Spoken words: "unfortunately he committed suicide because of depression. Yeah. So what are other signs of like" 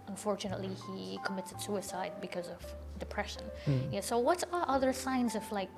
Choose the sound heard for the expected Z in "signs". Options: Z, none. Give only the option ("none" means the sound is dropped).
Z